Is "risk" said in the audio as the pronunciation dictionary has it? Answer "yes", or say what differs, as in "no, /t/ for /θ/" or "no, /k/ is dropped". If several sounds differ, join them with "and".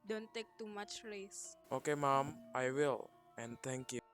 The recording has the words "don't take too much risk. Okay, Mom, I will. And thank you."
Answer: no, /k/ is dropped